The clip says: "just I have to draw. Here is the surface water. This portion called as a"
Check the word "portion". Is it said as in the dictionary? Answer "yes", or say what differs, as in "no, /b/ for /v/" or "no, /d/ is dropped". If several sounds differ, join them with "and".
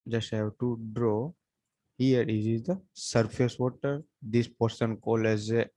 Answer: no, /s/ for /ʃ/